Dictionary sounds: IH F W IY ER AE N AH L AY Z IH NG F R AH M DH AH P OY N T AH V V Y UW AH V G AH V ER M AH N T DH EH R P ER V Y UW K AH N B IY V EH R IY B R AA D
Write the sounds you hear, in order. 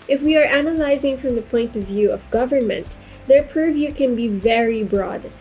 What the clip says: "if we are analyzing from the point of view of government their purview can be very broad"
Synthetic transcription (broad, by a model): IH F W IY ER AE N AH L AY Z IH NG F R AH M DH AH P OY N T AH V V Y UW AH V G AH V ER M AH N T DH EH R P ER V Y UW K AH N B IY V EH R IY B R AA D